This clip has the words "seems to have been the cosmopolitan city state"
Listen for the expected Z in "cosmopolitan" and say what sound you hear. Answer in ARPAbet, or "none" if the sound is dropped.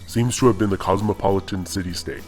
Z